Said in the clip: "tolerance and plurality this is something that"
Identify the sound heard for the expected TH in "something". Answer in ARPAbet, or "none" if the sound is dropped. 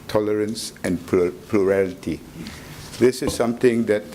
T